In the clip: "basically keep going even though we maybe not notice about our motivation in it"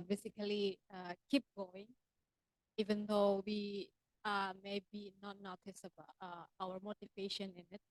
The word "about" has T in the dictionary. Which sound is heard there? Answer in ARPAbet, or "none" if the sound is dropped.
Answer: none